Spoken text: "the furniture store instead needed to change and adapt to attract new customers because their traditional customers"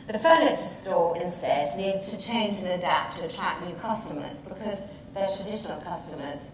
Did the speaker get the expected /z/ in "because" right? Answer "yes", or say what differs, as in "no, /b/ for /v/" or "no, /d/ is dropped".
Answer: yes